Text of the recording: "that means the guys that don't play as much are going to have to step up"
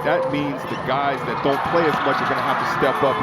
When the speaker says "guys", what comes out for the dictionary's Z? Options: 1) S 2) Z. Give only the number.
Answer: 2